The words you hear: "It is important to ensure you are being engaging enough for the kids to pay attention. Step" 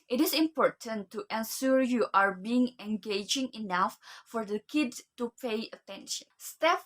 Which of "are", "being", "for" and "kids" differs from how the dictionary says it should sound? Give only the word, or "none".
kids